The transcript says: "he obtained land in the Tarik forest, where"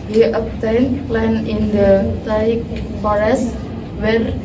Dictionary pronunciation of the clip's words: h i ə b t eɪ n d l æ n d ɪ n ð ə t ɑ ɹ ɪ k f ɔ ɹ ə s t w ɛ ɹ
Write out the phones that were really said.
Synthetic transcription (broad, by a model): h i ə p t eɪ n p l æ n ɪ n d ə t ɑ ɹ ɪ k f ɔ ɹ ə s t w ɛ ɹ